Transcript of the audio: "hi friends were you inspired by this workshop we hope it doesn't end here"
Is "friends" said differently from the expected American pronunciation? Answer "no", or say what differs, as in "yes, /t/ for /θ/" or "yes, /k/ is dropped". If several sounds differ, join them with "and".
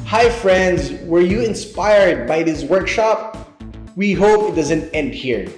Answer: no